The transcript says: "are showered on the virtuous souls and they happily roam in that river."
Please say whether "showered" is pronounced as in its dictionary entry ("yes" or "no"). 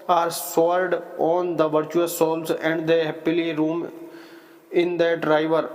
no